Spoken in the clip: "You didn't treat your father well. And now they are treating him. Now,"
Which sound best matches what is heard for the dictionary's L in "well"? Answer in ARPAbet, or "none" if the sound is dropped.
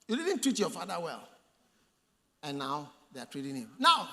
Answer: L